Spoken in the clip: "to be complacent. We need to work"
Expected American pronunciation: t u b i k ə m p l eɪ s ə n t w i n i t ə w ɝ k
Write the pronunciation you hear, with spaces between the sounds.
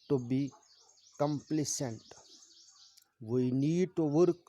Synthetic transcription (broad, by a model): t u b i k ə m p l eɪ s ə n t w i n i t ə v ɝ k